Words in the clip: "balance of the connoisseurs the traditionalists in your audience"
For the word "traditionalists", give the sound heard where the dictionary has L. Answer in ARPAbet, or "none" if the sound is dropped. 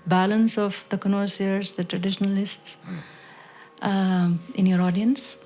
L